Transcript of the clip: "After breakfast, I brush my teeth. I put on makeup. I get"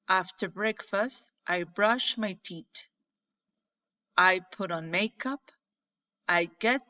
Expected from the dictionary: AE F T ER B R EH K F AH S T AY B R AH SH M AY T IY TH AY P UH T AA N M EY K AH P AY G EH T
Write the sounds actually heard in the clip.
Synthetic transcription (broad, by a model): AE F T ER B R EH K F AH S T AY B R AH SH M AY T IY T AY P UH T AA N M EY K AH P AY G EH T